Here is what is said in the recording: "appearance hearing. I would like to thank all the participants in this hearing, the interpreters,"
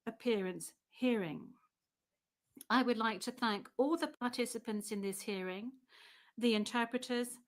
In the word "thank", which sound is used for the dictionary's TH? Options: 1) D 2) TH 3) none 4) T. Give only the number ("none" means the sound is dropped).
2